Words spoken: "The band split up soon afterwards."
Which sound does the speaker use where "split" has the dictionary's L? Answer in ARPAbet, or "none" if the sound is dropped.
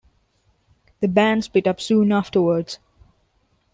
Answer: none